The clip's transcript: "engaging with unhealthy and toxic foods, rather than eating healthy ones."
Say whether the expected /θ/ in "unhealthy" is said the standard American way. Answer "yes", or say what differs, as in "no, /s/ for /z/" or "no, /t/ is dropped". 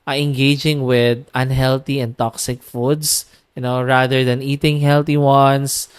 no, /t/ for /θ/